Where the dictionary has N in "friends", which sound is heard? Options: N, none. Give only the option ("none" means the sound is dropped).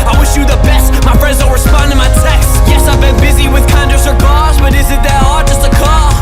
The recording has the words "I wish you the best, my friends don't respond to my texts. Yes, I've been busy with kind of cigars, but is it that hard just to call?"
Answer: none